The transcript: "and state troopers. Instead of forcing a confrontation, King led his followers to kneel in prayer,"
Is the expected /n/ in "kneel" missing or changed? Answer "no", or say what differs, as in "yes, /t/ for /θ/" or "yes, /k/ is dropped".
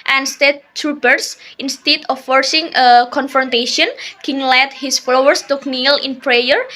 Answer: no